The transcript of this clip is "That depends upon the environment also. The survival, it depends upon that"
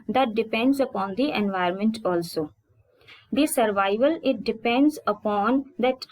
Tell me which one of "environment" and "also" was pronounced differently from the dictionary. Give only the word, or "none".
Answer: environment